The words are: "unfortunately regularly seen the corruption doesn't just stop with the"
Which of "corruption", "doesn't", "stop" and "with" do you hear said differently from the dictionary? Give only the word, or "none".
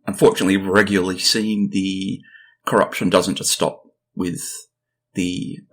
none